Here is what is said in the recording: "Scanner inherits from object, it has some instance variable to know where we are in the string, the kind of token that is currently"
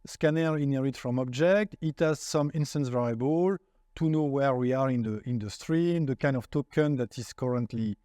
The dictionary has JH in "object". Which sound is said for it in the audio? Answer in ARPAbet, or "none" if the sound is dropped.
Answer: JH